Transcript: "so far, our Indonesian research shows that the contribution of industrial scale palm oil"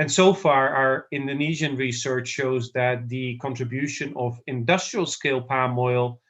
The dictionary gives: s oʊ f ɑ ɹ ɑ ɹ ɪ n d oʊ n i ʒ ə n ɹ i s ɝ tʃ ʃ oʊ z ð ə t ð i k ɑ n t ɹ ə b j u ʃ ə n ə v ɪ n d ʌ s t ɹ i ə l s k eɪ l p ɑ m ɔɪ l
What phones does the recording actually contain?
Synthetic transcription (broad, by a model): s oʊ f ɑ ɹ ɑ ɹ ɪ n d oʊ n i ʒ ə n ɹ i s ɝ tʃ ʃ oʊ z ð ə t ð i k ɑ n t ɹ ə b j u ʃ ə n ə v ɪ n d ʌ s t ɹ i ə l s k eɪ l p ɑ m ɔɪ l